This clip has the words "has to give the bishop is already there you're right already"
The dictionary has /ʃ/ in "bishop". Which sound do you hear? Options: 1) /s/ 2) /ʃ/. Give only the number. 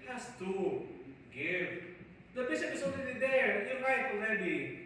1